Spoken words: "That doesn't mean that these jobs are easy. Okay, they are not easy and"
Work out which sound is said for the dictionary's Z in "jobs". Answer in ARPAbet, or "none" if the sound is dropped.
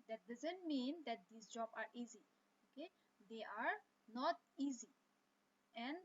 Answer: none